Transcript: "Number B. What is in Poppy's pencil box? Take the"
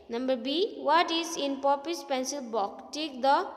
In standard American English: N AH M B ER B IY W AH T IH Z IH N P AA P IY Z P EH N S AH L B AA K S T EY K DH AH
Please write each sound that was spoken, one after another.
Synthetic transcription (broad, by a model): N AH M B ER B IY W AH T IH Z IH N P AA P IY S P EH N S AH L B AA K T EY K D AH